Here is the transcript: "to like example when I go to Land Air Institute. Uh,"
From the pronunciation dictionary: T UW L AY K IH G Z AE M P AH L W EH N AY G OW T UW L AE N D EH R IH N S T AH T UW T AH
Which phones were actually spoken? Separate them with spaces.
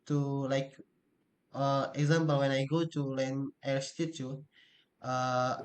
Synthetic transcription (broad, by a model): T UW L AY K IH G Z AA M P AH L W EH N AY G OW T UW L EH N EH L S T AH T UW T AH